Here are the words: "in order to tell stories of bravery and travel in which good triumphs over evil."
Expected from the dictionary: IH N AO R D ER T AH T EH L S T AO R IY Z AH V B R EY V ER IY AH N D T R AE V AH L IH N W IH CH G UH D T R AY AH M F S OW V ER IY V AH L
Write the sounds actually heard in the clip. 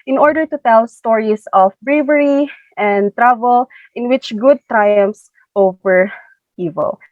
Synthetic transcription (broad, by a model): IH N AO R D ER T AH T EH L S T AO R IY S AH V B R EY V ER IY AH N D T R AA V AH L IH N W IH CH G UH D T R AY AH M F S OW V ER IY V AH L